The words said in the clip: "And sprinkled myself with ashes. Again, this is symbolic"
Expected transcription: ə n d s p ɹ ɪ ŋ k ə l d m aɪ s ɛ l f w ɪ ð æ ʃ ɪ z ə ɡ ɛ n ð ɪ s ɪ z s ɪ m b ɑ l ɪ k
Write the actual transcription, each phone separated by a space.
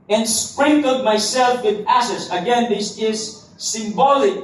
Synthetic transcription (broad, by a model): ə n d s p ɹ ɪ ŋ k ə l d m aɪ s ɛ l f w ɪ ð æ s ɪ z ə ɡ ɛ n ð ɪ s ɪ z s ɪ m b ɑ l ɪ k